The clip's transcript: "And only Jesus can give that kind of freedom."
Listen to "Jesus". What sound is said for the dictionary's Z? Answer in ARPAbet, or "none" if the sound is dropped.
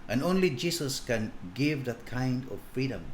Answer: S